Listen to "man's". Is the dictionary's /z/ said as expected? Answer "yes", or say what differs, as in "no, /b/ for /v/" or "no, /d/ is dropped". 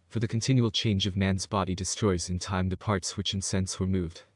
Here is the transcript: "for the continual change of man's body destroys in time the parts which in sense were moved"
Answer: yes